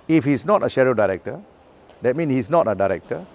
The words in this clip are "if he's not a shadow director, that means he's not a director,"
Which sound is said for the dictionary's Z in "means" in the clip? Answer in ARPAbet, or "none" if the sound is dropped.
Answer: none